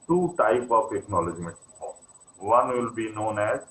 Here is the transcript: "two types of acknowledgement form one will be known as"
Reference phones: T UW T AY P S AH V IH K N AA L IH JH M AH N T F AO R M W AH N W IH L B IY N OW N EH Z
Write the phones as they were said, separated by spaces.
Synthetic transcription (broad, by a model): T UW T AY P AH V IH K N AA L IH JH M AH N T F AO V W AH N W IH L B IY N OW N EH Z